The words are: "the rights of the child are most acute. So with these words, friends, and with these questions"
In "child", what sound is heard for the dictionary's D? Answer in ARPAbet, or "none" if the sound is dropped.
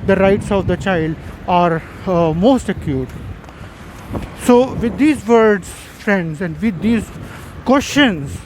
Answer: D